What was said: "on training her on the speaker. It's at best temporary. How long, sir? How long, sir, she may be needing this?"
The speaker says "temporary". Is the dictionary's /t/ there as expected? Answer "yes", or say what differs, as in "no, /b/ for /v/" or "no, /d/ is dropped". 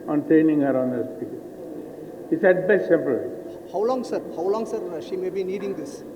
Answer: no, /s/ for /t/